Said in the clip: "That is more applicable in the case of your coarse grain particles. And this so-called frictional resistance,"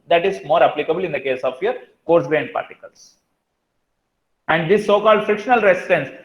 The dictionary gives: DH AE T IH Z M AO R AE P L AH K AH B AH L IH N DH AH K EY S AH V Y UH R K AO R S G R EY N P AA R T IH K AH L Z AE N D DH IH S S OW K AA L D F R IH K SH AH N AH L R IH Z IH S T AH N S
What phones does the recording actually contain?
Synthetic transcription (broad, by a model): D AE T IH Z M AO R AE P L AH K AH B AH L IH N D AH K EY S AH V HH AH R K AO R S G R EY N P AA R T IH K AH L S AE N D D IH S S OW K AA L D F IH K SH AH N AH L R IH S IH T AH N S